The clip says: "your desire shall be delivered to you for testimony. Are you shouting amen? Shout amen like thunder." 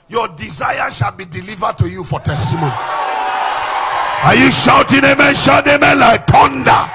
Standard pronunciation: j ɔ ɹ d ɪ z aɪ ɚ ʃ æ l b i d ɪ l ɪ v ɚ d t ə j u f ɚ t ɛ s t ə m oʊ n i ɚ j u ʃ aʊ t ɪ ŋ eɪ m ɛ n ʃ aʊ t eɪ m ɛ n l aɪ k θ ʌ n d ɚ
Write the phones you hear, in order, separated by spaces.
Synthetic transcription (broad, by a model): j ɔ d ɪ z aɪ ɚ ʃ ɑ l b i d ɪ l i v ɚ d t ə j u f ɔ t ɛ s t ə m oʊ n i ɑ j u ʃ aʊ t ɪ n eɪ m ɛ n ʃ aʊ t eɪ m ɛ n l aɪ k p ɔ n d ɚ